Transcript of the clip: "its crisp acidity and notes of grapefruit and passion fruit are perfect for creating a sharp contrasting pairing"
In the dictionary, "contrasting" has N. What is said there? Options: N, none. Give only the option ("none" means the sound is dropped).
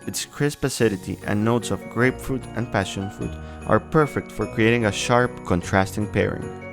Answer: N